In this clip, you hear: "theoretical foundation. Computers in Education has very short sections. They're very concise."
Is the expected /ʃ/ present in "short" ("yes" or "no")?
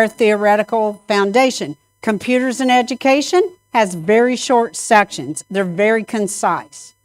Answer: yes